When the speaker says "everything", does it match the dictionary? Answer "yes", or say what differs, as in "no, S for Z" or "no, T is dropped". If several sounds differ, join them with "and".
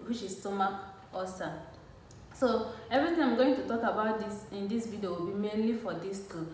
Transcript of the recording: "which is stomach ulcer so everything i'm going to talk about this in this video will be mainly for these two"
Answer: no, T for TH